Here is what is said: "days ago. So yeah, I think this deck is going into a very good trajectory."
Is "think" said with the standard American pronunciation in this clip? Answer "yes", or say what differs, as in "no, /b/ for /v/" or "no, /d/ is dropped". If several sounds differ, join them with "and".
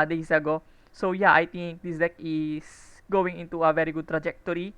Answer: no, /t/ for /θ/